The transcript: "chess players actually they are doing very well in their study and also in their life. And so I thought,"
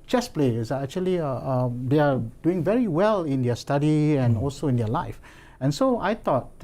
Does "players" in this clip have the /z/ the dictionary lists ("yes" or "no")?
no